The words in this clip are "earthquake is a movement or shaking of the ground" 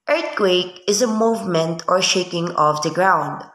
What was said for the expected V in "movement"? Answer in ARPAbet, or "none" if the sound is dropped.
V